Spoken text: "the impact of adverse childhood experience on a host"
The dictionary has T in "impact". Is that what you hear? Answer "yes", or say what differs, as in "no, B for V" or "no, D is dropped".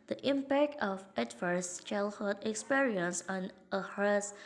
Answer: yes